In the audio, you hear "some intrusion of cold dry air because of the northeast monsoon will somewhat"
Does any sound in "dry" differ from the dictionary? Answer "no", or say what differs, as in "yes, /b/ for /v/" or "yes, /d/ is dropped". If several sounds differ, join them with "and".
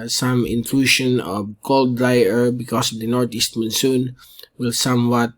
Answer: no